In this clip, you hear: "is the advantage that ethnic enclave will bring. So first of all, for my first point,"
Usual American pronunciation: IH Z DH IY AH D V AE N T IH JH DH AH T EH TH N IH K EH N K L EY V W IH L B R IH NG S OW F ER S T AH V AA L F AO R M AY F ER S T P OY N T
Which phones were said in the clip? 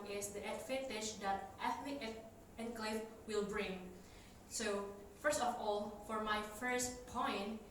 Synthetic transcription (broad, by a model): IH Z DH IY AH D F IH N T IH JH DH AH T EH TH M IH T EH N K L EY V W IH L B R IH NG S OW F ER S T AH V AA L F AO R M AY F ER S T P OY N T